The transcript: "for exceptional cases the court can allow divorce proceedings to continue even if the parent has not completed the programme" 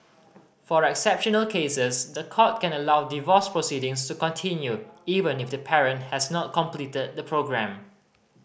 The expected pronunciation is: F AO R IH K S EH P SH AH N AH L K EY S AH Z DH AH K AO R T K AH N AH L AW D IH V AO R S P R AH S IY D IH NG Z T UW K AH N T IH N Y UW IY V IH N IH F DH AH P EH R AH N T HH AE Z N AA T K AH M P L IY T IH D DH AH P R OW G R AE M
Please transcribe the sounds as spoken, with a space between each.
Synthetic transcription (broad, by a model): F AO R IH K S EH P SH AH N AH L K EY S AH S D AH K AO T K AH N AH L AW D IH V AO S P R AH S IY D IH NG S T UW K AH N T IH N Y UW IY V IH N IH F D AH P EH R AH N T HH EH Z N AA T K AH M P L IY T IH D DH AH P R OW G R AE M